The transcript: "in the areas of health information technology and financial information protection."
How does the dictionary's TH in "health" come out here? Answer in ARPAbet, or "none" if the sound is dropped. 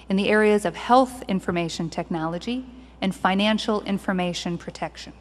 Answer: TH